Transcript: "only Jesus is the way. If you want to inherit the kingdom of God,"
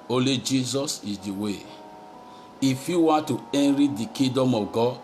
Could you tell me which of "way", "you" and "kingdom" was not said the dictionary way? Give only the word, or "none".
kingdom